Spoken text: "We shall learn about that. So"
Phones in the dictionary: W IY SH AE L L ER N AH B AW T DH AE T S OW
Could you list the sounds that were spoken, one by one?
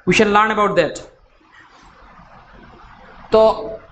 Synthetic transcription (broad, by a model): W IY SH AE N L ER N AH B AW T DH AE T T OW